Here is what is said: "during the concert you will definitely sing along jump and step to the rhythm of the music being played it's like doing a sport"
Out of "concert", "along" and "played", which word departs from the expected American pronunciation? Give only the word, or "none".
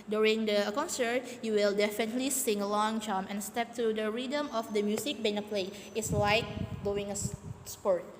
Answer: played